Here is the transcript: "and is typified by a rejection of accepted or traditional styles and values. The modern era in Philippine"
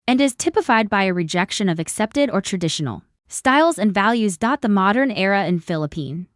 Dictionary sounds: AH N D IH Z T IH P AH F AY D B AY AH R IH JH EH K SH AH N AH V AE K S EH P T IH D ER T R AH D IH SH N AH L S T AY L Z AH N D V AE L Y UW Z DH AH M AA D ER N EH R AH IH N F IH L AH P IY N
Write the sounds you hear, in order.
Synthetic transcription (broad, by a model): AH N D IH Z T IH P AH F AY D B AY AH R IH JH EH K SH AH N AH V AE K S EH P T IH D ER T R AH D IH SH N L S T AY L Z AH N V AE L Y UW Z DH AH M AA D ER N EH R AH IH N F IH L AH P IY N